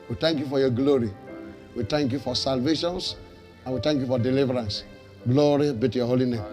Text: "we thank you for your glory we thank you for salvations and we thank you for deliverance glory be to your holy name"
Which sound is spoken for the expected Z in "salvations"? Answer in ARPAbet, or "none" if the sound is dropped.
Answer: S